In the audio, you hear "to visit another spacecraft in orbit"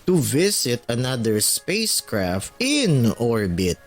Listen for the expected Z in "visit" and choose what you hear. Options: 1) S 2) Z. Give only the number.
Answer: 1